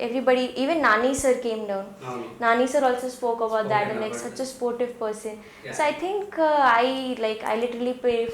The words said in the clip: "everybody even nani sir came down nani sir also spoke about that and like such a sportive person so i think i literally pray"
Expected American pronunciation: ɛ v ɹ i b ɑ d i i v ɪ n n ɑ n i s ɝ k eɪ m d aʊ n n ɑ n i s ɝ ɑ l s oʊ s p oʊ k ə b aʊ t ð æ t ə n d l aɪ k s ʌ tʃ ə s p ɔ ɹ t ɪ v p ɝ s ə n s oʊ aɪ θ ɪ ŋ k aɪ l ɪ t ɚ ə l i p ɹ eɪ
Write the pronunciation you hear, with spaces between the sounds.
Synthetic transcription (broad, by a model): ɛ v ɹ i b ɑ d i i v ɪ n n ɑ n i s ɝ k eɪ m d aʊ n n ɑ n i s ɝ ɑ l s oʊ s p oʊ k ə b aʊ t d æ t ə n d l aɪ k s ʌ tʃ ə s p ɔ ɹ t ɪ v p ɝ s ə n s oʊ aɪ t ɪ ŋ k aɪ l ɪ t ɚ ə l i p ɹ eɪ